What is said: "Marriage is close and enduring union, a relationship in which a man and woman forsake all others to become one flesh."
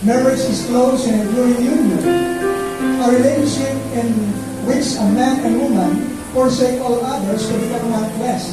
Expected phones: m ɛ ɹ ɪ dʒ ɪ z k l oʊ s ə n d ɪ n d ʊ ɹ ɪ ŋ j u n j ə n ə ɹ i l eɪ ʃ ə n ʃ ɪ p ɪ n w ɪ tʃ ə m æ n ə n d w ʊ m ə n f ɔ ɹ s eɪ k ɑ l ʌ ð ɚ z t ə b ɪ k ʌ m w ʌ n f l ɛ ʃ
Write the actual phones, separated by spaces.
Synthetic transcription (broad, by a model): m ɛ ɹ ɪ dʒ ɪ s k l oʊ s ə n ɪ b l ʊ ɪ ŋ j u n j ə n ə ɹ i l eɪ ʃ ə n ʃ ɪ p ɪ n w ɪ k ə m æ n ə n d w ʊ m ə n f ɔ ɹ s eɪ k ɑ l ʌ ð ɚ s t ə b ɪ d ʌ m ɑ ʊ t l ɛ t